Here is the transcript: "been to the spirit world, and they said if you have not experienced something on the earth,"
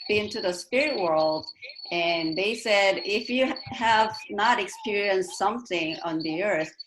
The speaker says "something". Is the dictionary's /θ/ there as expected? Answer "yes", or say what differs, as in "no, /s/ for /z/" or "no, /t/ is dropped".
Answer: yes